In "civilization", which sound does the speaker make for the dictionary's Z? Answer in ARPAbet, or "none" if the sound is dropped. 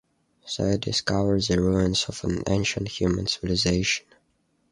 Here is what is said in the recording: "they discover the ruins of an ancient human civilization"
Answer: Z